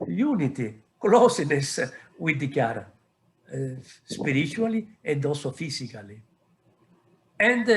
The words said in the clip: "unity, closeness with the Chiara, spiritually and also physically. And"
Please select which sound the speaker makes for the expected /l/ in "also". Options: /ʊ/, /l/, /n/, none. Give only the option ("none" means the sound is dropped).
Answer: none